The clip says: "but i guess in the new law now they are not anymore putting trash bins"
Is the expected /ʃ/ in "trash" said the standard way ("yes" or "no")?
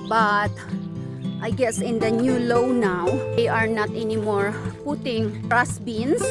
no